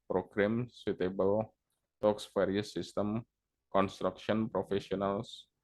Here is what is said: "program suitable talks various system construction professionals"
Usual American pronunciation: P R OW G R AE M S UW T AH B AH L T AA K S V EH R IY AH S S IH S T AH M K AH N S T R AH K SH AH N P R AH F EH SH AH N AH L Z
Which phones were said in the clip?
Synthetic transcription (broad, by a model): P R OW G R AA M S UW T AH B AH L T AA K S F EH R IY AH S S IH S T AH M K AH N S T R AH K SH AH N P R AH F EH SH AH N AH L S